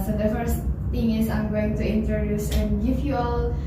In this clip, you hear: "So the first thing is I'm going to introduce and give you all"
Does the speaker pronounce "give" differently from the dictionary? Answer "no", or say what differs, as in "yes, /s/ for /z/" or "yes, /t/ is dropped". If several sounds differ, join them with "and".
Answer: yes, /f/ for /v/